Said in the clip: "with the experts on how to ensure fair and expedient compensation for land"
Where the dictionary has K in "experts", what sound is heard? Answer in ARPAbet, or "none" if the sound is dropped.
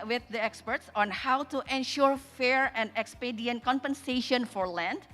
K